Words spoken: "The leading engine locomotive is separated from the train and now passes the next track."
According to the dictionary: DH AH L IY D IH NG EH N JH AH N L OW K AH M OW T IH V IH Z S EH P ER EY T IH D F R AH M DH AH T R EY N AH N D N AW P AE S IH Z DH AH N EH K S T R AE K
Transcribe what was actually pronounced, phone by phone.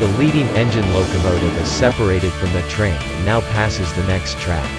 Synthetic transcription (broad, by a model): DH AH L IY D IH NG EH N JH AH N L OW K AH M OW T IH V IH Z S EH P ER EY T IH D F R AH M DH AH T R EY AH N N AW P AE S IH Z DH AH N EH K S T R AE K